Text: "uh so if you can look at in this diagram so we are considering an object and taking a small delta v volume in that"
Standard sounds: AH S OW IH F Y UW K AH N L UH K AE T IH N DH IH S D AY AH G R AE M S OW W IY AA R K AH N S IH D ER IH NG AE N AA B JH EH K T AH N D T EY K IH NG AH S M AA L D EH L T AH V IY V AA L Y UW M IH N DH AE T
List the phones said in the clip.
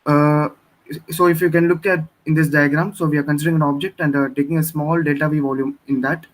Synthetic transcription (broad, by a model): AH S OW IH F Y UW K AH N L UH K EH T IH N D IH S D AY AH G R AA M S OW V IY AA R K AH N S IH D ER IH NG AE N AA B JH EH K T AH N D T EY K IH NG AH S M AA L D EH T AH V IY V AA L Y UW M IH N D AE T